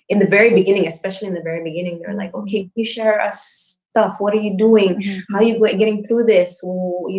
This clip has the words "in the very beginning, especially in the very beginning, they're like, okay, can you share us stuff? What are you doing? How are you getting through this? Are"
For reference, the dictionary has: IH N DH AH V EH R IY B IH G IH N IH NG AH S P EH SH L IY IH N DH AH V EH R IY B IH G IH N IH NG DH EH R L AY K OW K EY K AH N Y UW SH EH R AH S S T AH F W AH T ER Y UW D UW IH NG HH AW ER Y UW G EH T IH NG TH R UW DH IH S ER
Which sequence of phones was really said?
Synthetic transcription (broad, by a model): IH N DH AH V EH R IY B IH G IH N IH NG AH S P EH SH L IY IH N DH AH V EH R IY B IH G IH N IH NG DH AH R L AY K OW K EY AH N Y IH SH EH R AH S S T AH F W AH T ER Y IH D UW IH NG HH AW ER Y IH G EH T IH NG TH R UW DH IH S